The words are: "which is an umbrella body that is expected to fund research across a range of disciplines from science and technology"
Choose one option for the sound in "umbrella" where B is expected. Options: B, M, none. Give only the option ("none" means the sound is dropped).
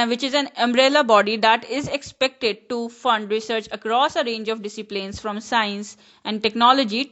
B